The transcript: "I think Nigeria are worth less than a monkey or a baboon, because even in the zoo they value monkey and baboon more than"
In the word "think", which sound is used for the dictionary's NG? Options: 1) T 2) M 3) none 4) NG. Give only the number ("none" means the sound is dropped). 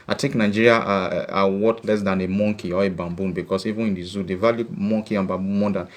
3